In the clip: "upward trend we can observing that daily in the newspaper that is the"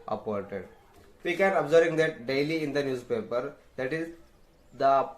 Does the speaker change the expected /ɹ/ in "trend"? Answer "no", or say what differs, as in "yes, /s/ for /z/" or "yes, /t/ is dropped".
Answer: yes, /ɹ/ is dropped